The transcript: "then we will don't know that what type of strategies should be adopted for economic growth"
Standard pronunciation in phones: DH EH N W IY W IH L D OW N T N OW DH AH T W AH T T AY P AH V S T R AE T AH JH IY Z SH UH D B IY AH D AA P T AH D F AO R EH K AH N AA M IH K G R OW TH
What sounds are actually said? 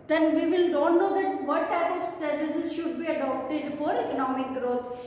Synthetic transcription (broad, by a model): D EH N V IY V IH L D OW N T N OW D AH T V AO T T AY P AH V S T EH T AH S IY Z SH UH D B IY AH D AA P T AH D F AO R EH K AH N AA M IH K G R OW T